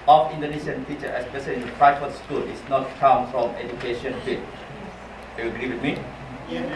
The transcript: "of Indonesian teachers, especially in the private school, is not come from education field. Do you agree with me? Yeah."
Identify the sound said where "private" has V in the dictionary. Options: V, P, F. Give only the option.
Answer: F